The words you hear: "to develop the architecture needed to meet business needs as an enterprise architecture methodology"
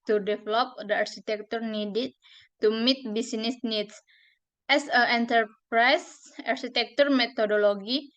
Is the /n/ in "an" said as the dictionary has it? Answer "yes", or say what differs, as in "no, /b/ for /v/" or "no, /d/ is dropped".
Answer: no, /l/ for /n/